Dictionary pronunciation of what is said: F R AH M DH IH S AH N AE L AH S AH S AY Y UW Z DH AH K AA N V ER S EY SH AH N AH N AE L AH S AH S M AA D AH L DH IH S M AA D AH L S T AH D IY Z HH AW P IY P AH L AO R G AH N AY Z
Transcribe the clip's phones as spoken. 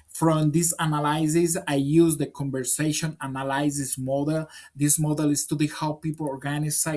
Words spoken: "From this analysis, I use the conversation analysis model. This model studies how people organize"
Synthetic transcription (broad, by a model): F R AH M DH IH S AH N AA L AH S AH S AY Y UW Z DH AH K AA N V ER S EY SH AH N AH N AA L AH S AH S M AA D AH L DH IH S M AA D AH L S T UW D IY HH AW P IY P AH L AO R G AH N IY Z